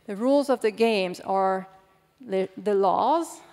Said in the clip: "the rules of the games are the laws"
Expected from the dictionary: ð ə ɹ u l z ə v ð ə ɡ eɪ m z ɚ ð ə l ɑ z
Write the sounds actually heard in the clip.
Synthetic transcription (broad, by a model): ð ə ɹ u l z ə v ð ə ɡ eɪ m z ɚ ð ə l ɑ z